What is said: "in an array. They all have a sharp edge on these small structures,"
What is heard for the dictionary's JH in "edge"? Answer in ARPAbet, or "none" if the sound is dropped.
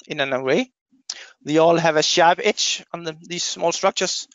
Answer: CH